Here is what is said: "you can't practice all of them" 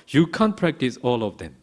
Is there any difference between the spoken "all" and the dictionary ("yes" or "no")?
no